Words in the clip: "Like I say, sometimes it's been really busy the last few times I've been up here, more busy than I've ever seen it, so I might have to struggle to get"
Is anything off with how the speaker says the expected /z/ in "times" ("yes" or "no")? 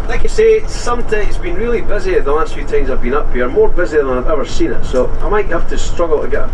no